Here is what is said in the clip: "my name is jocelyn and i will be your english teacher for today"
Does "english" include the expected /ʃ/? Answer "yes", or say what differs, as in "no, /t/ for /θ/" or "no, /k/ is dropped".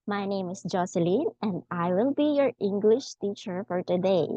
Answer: yes